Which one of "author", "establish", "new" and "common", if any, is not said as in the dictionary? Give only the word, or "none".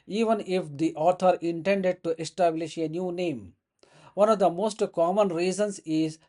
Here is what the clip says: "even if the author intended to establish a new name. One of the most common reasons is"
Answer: author